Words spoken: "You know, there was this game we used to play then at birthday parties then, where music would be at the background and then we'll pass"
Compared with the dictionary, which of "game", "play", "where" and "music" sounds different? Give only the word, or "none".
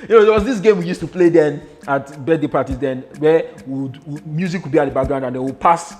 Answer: where